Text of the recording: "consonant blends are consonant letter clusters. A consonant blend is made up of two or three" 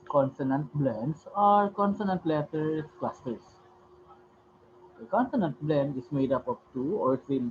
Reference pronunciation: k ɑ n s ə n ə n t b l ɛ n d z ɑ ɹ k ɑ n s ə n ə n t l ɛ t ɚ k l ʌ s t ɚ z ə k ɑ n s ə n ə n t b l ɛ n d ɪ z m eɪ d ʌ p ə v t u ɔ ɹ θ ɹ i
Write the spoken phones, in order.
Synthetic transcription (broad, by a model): k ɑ n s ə n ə n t b l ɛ n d s ɑ ɹ k ɑ n s ə n ə n t l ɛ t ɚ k l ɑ s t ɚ s ə k ɑ n s ə n ə n t b l ɛ n d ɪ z m eɪ d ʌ p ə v t u ɔ ɹ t ɹ i